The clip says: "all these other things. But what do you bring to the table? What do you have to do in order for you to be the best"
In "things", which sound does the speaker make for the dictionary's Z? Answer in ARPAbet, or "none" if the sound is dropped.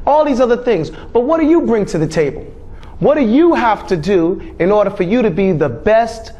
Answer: Z